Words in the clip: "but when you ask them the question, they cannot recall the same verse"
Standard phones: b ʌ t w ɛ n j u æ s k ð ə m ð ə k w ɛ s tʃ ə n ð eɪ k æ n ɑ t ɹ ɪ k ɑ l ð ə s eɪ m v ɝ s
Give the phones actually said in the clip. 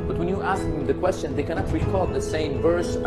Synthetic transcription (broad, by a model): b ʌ t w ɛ n j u æ s k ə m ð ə k w ɛ s tʃ ə n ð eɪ k æ n ɑ t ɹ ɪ k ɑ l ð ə s eɪ m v ɝ s